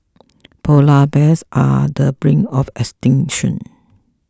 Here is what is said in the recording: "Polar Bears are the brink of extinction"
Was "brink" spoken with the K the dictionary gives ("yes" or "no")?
no